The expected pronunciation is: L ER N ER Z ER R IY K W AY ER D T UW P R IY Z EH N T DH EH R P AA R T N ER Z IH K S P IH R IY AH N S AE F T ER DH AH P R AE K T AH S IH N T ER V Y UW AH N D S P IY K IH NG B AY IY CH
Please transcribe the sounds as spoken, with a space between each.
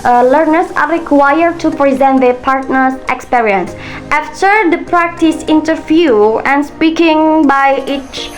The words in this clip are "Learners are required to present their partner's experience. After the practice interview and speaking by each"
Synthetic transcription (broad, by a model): L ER N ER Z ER R IY K W AY ER D T UW P R IY Z EH N T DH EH P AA R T N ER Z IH K S P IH R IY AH N S AE F T ER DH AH P R AE K T AH S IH N T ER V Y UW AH N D S P IY K IH NG B AY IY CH